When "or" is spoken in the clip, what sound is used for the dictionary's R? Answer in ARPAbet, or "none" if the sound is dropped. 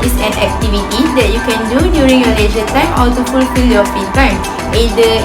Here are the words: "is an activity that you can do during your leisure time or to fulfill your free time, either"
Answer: L